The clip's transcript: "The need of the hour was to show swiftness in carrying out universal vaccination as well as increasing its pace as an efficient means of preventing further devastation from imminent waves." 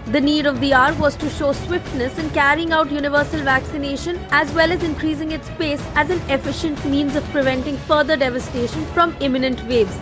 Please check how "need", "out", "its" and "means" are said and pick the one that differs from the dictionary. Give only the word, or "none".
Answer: none